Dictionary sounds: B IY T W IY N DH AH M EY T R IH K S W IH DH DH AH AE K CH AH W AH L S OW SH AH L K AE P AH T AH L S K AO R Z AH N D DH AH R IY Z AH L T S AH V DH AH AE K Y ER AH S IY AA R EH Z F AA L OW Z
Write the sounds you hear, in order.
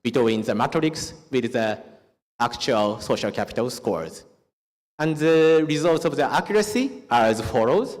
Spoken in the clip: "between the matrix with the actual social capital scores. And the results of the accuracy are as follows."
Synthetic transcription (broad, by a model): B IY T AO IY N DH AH M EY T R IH K S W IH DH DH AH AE K CH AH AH L S OW SH AH L K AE P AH T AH L S K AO R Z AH N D DH AH R IY Z AH L T S AH V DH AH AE K Y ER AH S IY AA R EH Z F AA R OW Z